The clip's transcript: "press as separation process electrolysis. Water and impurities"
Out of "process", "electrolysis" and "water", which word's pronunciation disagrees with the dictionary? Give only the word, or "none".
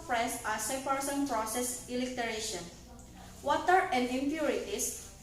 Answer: electrolysis